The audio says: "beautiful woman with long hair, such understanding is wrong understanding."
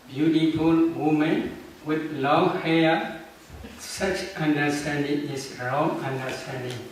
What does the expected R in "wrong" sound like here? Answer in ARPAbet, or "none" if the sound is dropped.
R